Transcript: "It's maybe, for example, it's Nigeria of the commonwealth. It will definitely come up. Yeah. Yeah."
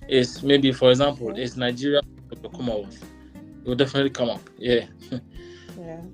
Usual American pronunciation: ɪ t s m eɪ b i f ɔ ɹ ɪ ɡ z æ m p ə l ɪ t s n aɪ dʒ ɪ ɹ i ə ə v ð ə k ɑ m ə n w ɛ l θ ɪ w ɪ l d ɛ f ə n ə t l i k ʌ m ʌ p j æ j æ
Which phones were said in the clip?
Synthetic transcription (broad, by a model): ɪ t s m eɪ b i f ɔ ɹ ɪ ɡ z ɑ m p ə l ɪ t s n aɪ dʒ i ɹ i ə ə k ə k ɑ m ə w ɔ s ɪ w ɪ l d ɛ f ə n ə t l i k ʌ m ʌ p j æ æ